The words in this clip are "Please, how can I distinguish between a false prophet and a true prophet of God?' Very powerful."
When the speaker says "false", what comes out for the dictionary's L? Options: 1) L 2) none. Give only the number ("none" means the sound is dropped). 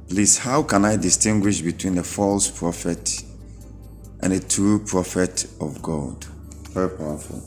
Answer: 1